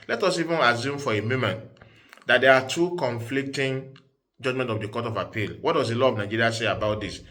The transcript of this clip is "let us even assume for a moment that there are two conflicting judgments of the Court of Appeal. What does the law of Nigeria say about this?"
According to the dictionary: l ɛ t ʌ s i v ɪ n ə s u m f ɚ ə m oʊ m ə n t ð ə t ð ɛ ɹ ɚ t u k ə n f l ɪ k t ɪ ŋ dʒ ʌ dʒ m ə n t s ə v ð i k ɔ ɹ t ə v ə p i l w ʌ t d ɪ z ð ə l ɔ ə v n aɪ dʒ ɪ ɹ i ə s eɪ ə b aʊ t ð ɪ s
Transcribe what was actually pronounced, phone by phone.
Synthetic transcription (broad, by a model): l ɛ t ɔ s i v ɪ n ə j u m f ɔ ə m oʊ m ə n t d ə t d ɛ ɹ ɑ t u k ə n f l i k t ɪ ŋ dʒ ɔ dʒ m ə n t ə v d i k ɔ t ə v ə p i l w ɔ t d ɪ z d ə l ɔ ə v n aɪ dʒ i ɹ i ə s eɪ ə b aʊ t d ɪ s